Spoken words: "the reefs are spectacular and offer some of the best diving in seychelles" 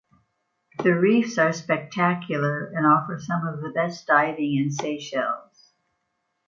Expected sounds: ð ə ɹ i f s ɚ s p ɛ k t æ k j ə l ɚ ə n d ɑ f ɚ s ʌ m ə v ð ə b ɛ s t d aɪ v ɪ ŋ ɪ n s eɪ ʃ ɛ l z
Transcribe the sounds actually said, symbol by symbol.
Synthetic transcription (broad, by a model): ð ə ɹ i f s ɚ s p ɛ k t æ k j l ɚ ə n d ɑ f ɚ s ʌ m ə v ð ə b ɛ s d aɪ v ɪ ŋ ɪ n s eɪ ʃ ɛ l z